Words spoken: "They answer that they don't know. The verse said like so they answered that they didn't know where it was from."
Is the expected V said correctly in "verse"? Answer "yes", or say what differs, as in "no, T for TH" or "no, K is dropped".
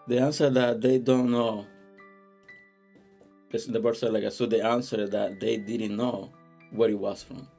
no, B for V